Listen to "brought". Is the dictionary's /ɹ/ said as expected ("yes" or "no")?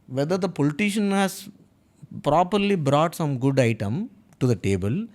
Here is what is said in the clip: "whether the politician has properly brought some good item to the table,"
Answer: yes